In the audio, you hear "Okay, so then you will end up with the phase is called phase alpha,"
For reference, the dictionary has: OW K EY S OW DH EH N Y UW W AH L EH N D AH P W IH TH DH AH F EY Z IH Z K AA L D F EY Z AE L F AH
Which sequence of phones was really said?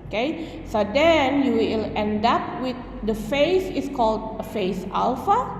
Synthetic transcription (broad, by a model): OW K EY S OW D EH N Y UW W AH L EH N D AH P W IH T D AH F EY S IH S K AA L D F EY S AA L F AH